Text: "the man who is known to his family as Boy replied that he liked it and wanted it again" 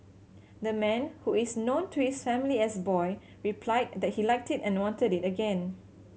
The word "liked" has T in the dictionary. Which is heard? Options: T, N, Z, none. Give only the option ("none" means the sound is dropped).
T